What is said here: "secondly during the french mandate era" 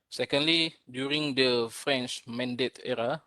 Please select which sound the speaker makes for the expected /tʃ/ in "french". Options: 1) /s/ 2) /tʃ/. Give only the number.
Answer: 2